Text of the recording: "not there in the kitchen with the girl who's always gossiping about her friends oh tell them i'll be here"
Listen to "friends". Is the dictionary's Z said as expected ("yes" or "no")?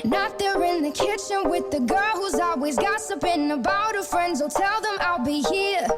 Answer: yes